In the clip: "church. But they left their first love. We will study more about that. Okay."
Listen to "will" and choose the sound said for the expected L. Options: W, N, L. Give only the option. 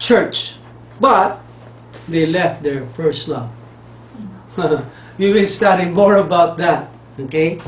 N